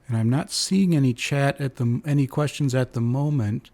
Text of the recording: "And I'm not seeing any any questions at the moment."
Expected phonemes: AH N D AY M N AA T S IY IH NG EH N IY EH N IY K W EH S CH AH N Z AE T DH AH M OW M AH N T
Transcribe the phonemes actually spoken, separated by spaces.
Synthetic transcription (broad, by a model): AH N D AY M N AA T S IY IH NG EH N IY EH N IY K W EH S CH AH N Z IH T DH AH M OW M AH N T